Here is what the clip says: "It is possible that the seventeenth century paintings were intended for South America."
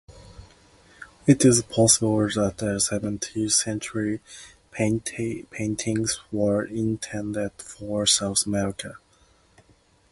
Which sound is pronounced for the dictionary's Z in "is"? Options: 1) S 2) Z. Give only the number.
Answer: 2